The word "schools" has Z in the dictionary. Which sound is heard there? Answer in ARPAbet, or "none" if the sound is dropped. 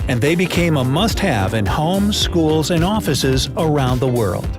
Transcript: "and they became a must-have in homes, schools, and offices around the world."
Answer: Z